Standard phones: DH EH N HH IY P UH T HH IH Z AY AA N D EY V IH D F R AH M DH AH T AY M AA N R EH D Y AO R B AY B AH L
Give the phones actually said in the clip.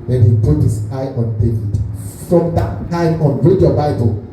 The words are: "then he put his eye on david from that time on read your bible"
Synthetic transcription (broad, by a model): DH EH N HH IY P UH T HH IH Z AY AA N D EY IH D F R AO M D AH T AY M AA N R EH D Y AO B AY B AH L